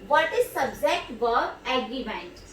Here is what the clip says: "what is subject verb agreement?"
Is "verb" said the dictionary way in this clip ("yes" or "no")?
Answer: no